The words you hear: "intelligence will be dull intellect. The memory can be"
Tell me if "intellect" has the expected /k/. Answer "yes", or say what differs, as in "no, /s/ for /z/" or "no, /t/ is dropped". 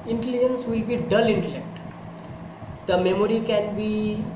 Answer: yes